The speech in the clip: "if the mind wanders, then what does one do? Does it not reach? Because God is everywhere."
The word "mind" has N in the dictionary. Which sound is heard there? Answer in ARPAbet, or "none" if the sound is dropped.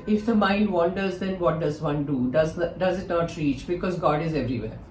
L